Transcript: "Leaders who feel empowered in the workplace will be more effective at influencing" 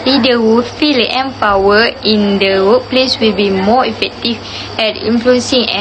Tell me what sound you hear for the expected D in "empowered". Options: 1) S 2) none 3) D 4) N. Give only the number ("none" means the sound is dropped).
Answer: 2